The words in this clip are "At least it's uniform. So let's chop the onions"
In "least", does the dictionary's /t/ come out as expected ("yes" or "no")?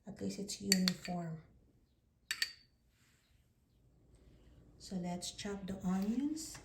no